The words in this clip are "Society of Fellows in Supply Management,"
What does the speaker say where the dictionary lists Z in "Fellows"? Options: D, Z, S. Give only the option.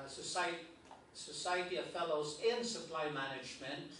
Z